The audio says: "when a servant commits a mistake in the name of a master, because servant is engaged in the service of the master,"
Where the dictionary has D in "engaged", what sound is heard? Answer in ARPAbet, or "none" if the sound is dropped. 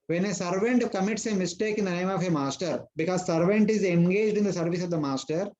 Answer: D